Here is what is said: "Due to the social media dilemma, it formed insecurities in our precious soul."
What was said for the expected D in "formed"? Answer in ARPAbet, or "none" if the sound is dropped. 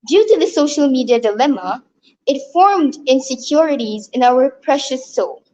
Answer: D